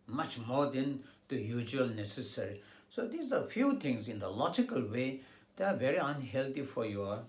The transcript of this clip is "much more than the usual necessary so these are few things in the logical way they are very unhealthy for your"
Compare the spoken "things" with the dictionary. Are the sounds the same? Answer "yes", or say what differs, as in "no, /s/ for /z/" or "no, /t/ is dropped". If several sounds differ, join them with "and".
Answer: no, /t/ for /θ/